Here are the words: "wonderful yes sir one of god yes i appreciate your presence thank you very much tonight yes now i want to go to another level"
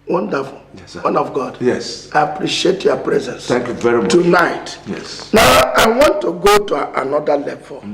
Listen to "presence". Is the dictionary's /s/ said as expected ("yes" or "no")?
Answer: yes